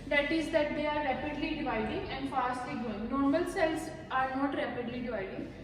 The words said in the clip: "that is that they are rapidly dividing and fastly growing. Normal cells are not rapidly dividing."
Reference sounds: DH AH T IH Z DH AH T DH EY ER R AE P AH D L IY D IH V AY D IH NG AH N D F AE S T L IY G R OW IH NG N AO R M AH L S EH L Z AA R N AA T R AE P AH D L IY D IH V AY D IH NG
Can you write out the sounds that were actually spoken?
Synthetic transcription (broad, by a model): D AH T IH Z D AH T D EY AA R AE P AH D L IY D IH V AY D IH NG AH N D F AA S T L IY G OW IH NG N AO R M AH L S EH L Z AA R N AA T R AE P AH D L IY D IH V AY D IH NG